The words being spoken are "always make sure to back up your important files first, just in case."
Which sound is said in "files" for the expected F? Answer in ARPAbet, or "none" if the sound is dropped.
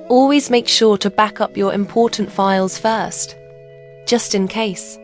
F